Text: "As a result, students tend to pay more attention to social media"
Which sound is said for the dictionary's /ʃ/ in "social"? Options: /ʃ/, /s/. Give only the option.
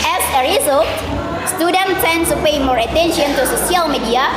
/s/